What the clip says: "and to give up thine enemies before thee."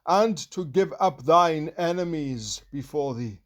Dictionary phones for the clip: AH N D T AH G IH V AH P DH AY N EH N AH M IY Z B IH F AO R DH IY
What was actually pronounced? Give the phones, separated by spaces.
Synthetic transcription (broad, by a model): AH N T AH G IH V AH P DH AY N EH N AH M IY Z B IH F AO R DH IY